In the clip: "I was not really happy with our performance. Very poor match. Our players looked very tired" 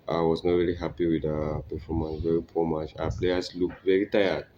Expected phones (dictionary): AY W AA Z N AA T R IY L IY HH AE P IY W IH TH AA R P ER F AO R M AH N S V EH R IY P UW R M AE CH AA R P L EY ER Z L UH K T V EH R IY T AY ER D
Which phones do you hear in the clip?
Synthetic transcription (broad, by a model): AY W AA S N AA T R IY L IY HH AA P IY W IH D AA P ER F AO M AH N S V EH R IY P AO M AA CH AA P L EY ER S L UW K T V EH R IY T AY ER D